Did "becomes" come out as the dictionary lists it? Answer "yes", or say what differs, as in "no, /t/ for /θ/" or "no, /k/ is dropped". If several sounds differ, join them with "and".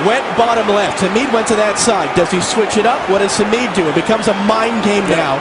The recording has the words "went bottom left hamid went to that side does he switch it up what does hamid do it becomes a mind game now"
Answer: yes